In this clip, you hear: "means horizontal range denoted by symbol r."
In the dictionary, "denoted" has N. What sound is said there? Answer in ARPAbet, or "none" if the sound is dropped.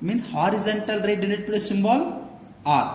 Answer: L